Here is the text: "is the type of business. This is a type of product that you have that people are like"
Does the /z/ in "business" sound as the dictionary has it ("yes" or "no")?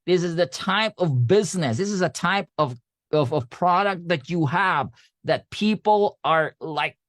yes